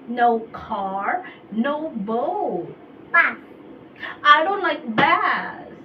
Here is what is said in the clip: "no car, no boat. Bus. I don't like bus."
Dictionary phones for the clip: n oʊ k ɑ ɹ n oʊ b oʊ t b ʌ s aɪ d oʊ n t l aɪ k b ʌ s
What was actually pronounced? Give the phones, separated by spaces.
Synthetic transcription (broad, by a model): n oʊ k ɑ ɹ n oʊ b oʊ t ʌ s aɪ d oʊ n t l aɪ k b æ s